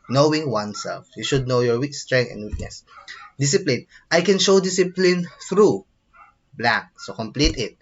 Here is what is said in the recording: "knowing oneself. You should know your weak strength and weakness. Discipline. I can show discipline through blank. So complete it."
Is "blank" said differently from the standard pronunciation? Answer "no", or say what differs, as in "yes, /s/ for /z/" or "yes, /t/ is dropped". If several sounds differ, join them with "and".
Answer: yes, /ŋ/ is dropped